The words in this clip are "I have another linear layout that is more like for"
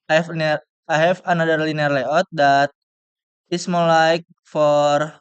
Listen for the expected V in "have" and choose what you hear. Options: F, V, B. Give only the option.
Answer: F